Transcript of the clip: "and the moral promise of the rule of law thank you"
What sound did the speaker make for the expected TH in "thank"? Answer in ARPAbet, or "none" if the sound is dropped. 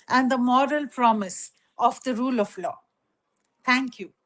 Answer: T